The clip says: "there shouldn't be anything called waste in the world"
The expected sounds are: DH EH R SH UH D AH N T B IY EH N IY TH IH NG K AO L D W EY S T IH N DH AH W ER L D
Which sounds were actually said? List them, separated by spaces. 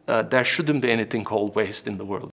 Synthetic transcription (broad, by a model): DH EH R SH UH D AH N B IY EH N IY TH IH NG K AO L D W EY S T IH N DH AH W ER L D